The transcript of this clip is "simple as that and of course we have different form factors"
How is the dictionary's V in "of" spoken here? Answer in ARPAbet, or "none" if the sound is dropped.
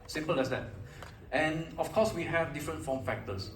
F